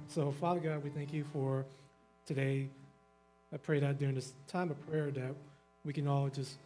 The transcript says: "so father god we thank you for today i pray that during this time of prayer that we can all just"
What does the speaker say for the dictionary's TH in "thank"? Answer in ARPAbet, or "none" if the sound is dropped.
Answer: TH